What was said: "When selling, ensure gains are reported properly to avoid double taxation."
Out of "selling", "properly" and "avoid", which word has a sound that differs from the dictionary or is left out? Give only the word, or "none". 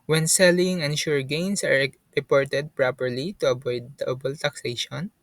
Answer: avoid